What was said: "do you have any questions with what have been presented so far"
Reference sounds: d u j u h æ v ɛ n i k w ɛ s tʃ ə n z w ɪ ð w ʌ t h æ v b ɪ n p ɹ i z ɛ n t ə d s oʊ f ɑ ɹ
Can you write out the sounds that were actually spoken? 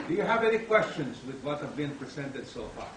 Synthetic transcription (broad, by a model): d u j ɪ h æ v ɛ n i k w ɛ s tʃ ə n z w ɪ ð w ʌ t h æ v b ɪ n p ɹ i z ɛ n t ə d s oʊ f ɑ ɹ